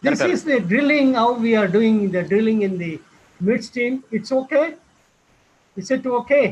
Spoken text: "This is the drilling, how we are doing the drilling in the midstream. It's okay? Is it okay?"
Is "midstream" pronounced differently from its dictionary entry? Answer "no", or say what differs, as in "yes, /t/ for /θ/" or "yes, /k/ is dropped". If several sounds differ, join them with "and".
yes, /ɹ/ is dropped